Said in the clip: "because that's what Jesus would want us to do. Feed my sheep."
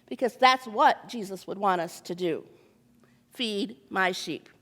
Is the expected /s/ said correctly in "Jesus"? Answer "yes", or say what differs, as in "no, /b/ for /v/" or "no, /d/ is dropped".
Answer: yes